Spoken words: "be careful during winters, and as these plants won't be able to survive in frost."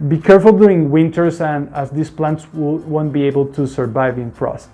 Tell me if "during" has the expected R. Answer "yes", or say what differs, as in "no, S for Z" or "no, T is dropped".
no, R is dropped